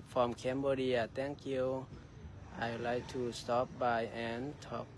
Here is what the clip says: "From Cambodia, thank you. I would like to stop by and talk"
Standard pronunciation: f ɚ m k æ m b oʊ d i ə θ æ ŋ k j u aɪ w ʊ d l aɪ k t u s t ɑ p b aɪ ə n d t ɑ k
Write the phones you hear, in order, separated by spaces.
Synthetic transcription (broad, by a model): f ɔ m k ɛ m b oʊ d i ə t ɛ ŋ k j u aɪ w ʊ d l aɪ k t u s t ɑ p b aɪ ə n t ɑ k